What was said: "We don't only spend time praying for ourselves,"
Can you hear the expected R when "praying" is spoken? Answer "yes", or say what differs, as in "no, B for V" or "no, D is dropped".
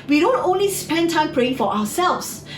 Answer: yes